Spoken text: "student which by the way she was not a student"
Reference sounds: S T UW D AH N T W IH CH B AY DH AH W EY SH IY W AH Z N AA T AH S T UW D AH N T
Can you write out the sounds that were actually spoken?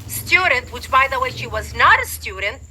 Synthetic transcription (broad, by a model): S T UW D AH N T W IH CH B AY DH AH W EY SH IY W AH Z N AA T AH S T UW D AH N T